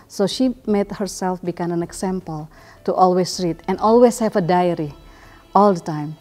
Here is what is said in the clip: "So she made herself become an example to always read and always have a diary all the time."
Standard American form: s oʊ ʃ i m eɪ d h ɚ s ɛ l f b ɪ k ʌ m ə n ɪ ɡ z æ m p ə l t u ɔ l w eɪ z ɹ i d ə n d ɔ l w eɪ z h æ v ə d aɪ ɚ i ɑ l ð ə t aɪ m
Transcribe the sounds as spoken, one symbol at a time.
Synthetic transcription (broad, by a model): s oʊ ʃ i m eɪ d h ɚ s ɛ l f b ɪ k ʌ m ə n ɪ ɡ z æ m p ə l t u ɔ l w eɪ s ɹ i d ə n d ɔ l w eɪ s h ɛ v ə d aɪ ɚ i ɑ l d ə t aɪ m